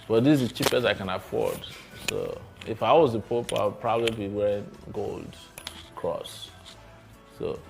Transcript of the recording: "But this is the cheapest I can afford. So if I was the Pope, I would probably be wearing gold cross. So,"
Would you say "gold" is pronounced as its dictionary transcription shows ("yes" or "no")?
yes